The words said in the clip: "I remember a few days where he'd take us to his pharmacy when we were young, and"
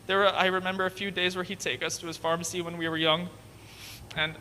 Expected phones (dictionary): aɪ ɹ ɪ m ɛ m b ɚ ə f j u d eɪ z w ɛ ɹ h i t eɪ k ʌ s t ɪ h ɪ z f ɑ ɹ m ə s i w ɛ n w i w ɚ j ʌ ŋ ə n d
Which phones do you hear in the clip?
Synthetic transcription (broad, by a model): aɪ ɹ ɪ m ɛ m b ɚ ə f j u d eɪ z w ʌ ɹ i t eɪ k ʌ s t ɪ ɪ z f ɑ ɹ m ə s i w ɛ n w i w ɚ j ʌ ŋ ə n